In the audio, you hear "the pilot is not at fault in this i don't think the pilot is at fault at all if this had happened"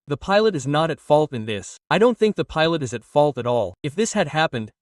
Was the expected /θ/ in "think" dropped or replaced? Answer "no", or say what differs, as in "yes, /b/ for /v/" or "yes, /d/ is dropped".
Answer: no